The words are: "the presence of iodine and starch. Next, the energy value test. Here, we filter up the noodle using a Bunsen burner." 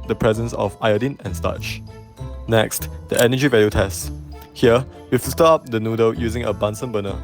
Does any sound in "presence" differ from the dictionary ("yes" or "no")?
no